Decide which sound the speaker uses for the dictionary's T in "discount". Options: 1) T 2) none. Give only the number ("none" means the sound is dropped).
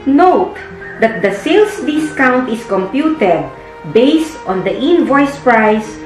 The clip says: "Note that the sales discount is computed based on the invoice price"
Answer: 1